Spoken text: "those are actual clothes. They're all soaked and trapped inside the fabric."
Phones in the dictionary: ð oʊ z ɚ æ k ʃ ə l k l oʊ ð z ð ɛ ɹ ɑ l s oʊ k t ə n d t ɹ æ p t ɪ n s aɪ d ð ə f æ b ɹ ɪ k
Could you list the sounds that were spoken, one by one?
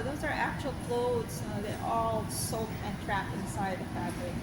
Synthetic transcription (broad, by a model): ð oʊ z ɚ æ k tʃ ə l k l oʊ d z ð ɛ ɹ ɑ l s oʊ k ə n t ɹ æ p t ɪ n s aɪ d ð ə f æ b ɹ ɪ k